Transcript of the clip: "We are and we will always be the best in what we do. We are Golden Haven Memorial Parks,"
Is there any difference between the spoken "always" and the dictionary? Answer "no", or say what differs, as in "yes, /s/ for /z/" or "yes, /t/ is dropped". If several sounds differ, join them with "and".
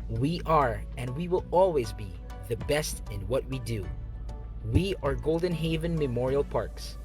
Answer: no